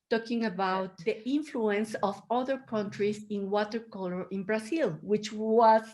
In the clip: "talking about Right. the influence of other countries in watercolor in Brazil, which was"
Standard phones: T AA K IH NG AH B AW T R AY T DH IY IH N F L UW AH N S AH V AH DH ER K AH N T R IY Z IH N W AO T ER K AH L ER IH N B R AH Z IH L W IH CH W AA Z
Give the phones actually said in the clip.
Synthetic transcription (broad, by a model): T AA K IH NG AH B AW T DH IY T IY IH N F L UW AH N S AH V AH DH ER K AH N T R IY S IH N W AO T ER K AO L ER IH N B R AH S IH L W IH CH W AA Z